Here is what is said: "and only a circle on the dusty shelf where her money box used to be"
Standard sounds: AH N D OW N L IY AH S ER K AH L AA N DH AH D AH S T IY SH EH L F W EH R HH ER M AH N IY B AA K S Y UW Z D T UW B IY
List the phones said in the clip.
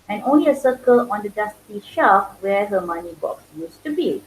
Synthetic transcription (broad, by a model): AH N OW N L IY AH S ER K AH L AA N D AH D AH S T IY SH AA F W EH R HH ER M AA N IY B AA K S Y UW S T UW B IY